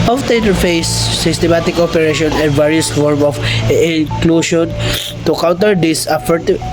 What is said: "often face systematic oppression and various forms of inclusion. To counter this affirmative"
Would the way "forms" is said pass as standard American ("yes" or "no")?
no